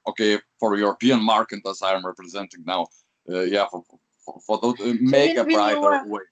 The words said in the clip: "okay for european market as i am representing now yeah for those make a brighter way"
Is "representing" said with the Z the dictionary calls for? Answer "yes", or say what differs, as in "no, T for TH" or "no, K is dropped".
yes